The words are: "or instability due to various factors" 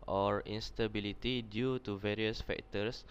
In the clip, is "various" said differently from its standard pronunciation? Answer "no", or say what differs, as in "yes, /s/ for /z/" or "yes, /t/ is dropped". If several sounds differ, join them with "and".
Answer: no